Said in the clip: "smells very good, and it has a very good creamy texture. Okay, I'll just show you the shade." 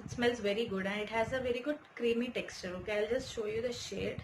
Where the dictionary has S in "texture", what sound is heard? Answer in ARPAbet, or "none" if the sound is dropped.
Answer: S